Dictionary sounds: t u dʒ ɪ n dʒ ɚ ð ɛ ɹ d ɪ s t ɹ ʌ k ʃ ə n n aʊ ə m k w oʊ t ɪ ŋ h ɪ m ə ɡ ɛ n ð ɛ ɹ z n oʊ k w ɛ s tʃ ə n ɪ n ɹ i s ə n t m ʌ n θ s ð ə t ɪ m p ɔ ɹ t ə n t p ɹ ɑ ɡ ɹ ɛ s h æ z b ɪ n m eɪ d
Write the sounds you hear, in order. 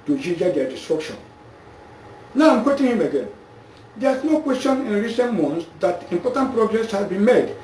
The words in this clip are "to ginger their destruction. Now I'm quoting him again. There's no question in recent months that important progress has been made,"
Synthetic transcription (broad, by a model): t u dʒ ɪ dʒ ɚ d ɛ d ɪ s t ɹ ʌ k ʃ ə n n aʊ ə m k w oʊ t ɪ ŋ h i m ə ɡ ɛ n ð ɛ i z n oʊ k w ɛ s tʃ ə n ɪ n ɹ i s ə n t m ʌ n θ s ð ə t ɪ m p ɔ t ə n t p ɹ ɑ ɡ ɹ ɛ s h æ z b ɪ n m eɪ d